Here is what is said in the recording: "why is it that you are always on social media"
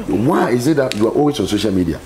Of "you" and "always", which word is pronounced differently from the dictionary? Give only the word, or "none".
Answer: always